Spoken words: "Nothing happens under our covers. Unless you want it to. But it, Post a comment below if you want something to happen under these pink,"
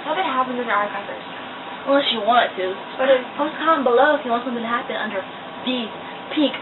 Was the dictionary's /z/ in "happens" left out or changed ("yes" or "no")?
yes